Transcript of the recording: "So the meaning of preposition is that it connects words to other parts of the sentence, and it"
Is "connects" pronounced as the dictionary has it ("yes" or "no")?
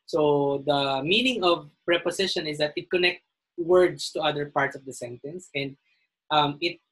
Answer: no